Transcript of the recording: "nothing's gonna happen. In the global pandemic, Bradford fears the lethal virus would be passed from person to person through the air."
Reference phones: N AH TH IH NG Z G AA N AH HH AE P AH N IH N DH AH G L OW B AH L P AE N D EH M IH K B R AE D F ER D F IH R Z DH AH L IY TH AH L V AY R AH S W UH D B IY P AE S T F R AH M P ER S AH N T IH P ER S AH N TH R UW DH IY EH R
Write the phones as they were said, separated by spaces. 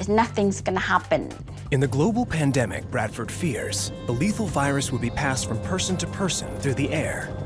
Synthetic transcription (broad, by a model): N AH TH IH NG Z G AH N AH HH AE P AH N IH N DH AH G L OW B L P AE N D EH M IH K B R AE D F ER D F IH R Z DH AH L IY TH L V AY R AH S W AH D B IY P AE S T F R AH M P ER S AH N T IH P ER S AH N TH R UW DH IY EH R